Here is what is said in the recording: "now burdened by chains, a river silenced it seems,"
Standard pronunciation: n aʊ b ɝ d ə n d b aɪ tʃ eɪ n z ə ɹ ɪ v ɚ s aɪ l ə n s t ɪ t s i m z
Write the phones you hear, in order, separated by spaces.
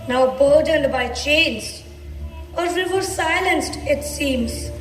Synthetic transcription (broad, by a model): n aʊ b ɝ d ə n d b aɪ tʃ eɪ n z ə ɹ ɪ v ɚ s aɪ l ə n s t ɪ t s i m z